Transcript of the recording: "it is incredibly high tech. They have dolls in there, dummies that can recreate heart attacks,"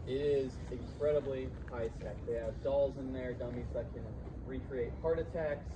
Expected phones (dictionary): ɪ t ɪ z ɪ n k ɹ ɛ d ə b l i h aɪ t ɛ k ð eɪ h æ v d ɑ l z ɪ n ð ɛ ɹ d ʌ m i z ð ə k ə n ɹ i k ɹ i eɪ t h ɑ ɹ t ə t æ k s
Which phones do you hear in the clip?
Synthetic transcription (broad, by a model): ɪ t ɪ z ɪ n k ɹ ɛ d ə b l i h aɪ s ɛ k ð eɪ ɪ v d ɑ l z ɪ n ð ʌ ɹ d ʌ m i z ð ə k ə n ɹ i k ɹ i eɪ t h ɑ ɹ t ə t æ k s